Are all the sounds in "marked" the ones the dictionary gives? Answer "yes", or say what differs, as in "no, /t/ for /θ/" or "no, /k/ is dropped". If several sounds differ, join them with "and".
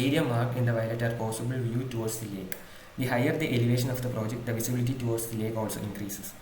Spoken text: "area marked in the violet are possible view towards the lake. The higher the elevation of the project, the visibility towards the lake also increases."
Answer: no, /t/ is dropped